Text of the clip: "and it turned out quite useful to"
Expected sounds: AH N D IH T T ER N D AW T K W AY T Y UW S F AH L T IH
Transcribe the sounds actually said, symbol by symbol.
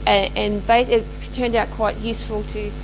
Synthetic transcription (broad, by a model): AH N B IH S T ER N D AW T K W AY T Y UW S F AH L T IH